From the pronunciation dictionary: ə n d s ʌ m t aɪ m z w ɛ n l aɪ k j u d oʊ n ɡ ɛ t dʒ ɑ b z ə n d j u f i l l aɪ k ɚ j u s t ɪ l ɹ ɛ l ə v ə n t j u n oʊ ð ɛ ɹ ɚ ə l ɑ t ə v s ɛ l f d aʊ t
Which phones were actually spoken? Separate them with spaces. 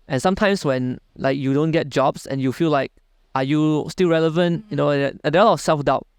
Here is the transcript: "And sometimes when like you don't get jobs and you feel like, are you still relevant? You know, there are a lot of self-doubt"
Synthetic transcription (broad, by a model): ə n s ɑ m t aɪ m s w ɛ n l aɪ k j u d oʊ n ɡ ɛ t dʒ ɑ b s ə n j u f i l l aɪ k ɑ j u s t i l ɹ ɛ l ə v ə n t j u n oʊ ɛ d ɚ ə l ɑ t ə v s ɛ l f d aʊ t